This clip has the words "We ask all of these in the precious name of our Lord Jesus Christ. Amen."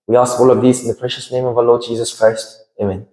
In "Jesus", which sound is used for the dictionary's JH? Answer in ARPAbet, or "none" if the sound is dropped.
JH